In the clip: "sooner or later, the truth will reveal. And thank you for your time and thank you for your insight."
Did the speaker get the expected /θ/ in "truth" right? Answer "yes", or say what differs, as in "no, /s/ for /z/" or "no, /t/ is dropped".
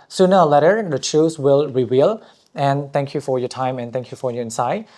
no, /s/ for /θ/